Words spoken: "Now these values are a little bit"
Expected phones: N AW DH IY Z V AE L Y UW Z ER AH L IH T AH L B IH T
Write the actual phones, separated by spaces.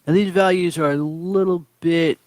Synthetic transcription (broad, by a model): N DH IY Z V AE L Y UW Z ER AH L IH T L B IH T